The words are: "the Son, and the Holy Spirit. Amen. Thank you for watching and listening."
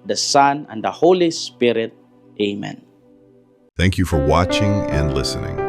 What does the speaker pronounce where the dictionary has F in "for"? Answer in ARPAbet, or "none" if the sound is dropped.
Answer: F